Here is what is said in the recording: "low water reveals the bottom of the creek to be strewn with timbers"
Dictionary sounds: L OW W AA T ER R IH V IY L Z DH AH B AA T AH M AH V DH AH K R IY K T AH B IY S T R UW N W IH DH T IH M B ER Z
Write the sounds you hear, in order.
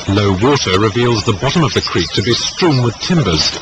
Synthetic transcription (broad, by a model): L OW W AA T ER R IH V IY L Z DH AH B AA T AH M AH V DH AH K R IY K T AH B IY S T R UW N W IH DH T IH M B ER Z